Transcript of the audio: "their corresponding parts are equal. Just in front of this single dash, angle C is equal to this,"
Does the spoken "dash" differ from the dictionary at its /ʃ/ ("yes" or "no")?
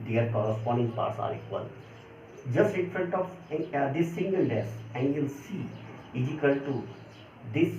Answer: yes